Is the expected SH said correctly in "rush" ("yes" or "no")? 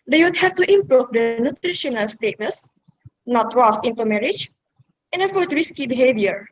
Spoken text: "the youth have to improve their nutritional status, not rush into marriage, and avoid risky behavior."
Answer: no